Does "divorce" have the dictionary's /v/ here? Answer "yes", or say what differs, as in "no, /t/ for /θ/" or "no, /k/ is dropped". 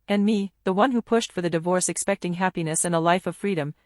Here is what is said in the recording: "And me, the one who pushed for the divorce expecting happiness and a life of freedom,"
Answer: yes